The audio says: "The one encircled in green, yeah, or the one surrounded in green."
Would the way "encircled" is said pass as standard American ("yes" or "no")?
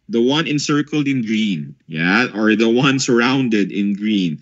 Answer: yes